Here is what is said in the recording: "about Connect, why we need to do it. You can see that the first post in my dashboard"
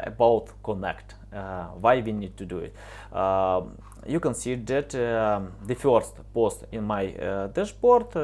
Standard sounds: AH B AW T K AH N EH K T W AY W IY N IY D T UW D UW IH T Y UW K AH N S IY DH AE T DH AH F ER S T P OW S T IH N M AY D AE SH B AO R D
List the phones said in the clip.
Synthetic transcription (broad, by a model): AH B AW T K AH N EH K T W AY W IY N IY D T UW D UW IH T Y UW K AH N S IY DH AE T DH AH F ER S T P OW S T IH N M AY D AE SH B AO R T